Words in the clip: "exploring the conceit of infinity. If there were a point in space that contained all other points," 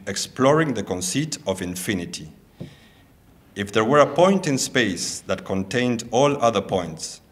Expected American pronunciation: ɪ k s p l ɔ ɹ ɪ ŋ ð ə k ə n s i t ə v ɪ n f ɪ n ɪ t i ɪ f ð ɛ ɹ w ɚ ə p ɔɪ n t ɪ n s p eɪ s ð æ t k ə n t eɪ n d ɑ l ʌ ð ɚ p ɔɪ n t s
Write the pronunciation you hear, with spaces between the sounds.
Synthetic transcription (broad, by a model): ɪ k s p l ɔ ɹ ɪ ŋ ð ə k ə n s i t ə v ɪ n f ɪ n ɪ t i ɪ f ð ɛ ɹ w ɚ ə p ɔɪ n t ɪ n s p eɪ s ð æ t k ə n t eɪ n d ɑ l ʌ ð ɚ p ɔɪ n t s